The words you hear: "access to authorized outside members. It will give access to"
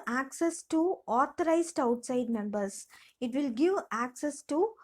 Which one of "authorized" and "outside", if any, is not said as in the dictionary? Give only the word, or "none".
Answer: authorized